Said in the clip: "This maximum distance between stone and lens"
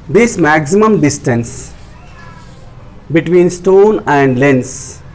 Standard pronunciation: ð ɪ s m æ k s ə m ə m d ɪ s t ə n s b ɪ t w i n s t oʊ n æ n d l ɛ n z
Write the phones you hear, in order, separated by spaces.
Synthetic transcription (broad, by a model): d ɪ s m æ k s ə m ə m d ɪ s t ə n s b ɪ t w i n s t oʊ n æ n d l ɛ n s